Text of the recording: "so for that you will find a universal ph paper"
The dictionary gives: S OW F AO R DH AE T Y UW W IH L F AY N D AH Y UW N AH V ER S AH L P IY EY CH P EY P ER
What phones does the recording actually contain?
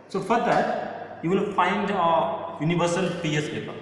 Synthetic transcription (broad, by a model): S OW F AO R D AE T Y UW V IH L F AY N D AH Y UW N AH V ER S AH L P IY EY S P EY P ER